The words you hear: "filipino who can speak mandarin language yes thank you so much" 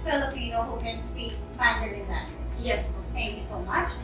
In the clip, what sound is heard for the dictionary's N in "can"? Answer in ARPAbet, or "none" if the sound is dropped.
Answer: N